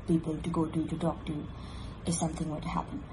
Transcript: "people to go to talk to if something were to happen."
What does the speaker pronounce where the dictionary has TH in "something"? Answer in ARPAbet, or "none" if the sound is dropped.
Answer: TH